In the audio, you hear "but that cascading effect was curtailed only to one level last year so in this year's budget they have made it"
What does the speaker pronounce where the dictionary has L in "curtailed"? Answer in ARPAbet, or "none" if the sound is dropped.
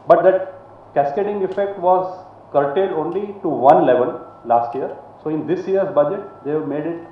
none